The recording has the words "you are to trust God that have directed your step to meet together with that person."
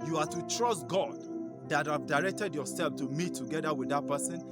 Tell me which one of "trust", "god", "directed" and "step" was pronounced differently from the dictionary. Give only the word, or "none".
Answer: step